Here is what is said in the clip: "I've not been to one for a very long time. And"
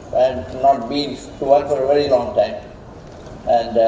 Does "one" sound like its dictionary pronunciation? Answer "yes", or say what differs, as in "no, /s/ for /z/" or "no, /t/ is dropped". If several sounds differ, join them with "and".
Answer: no, /l/ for /n/